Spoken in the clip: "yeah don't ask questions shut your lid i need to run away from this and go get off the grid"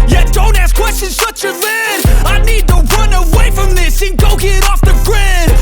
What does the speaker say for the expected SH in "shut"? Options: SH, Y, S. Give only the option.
S